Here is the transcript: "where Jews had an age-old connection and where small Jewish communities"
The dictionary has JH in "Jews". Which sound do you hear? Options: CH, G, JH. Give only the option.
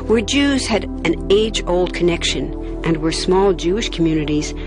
JH